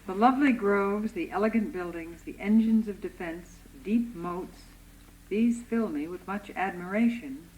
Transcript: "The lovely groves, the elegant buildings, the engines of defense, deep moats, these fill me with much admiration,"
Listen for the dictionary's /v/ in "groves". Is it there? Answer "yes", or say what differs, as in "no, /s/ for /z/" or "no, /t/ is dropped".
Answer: yes